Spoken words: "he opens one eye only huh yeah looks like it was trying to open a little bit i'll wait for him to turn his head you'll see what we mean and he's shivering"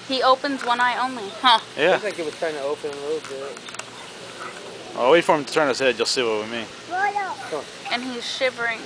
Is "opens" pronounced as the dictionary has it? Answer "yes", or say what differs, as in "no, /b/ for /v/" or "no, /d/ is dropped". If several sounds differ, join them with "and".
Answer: yes